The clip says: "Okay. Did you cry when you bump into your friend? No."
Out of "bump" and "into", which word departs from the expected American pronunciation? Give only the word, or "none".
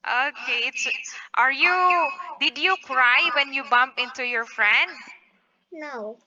none